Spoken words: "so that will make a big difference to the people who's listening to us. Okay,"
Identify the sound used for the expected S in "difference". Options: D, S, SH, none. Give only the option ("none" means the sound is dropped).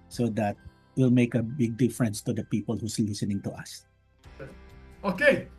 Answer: S